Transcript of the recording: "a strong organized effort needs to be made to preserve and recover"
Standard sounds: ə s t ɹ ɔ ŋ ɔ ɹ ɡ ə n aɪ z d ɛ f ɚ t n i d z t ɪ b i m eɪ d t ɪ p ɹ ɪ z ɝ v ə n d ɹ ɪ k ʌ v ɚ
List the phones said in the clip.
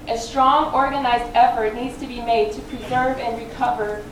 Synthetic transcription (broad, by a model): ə s t ɹ ɔ ŋ ɔ ɹ ɡ ə n aɪ z d ɛ f ɚ t n i d z t ɪ b i m eɪ d t ɪ p ɹ ɪ z ɝ v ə n ɹ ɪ k ʌ v ɚ